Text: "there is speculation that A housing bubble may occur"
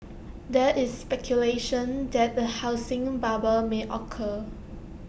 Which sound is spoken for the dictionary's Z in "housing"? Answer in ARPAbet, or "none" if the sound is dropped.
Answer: S